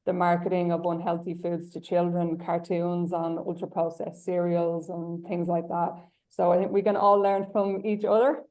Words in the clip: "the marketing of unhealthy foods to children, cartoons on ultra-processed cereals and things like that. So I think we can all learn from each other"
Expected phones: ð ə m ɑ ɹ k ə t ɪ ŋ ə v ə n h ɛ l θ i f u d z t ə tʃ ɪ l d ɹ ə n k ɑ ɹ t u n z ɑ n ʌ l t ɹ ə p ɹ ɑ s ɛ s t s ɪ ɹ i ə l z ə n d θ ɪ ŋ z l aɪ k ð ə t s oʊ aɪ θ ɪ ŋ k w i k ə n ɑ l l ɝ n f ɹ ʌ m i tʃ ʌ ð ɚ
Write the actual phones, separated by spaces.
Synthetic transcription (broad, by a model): ð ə m ɑ ɹ k ə t ɪ ŋ ə v ə n h ɛ l θ i f u d z t ə tʃ ɪ l d ɹ ə n k ɑ ɹ t u n z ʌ n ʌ l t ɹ ə p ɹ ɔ ɛ s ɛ s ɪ ɹ i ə l z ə n θ ɪ ŋ z l aɪ k ð ə t s oʊ aɪ θ ɪ ŋ k w i k ə n ɑ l l ɝ n f ɹ ʌ m i tʃ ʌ ð ɚ